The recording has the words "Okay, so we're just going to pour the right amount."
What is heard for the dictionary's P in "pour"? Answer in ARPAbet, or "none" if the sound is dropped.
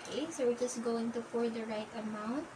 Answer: F